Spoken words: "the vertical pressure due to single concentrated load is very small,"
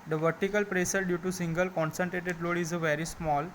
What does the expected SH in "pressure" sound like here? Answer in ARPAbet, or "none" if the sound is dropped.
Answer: S